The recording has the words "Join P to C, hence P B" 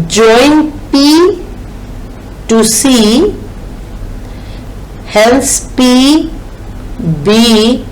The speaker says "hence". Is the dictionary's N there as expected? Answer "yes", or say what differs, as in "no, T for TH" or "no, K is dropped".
no, L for N